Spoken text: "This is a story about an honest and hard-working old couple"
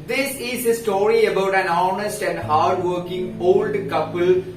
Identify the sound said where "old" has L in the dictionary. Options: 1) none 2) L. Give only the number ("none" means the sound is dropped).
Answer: 2